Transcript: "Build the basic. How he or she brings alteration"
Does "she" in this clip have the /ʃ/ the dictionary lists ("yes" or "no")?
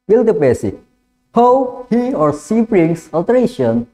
no